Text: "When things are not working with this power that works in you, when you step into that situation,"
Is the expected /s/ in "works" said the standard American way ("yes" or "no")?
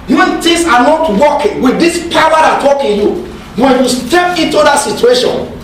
no